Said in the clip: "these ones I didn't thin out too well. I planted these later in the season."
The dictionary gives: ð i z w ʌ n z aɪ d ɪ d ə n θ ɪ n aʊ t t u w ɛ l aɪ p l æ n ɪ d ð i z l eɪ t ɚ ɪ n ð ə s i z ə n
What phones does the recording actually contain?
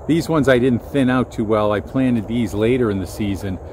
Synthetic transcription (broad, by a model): ð i z w ʌ n z aɪ d ɪ d n θ ɪ n aʊ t t u w ɛ l aɪ p l æ n ɪ d ð i z l eɪ t ɚ ɪ n ð ə s i z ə n